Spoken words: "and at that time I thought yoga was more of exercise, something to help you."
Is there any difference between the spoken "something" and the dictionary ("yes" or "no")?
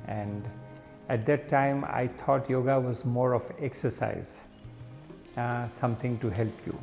yes